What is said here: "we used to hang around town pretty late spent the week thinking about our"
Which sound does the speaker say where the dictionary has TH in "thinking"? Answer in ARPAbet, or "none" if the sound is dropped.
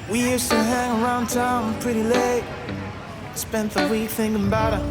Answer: TH